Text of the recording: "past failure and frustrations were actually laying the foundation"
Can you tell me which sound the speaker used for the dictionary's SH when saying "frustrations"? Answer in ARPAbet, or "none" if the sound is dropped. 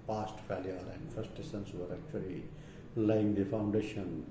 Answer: S